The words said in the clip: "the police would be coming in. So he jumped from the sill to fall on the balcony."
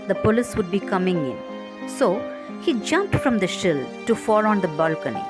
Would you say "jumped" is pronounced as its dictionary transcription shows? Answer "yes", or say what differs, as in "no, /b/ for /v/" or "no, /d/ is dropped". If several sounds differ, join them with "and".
yes